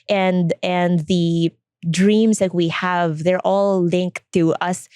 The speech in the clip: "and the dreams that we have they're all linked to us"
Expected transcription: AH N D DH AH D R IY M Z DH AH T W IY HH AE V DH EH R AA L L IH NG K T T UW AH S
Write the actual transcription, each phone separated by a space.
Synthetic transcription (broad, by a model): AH N D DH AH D R IY M S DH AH T W IY HH AE V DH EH R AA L L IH NG K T T UW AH S